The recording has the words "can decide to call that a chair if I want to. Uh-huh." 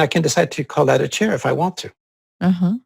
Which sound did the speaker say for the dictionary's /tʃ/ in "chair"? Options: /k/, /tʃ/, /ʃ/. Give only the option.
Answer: /tʃ/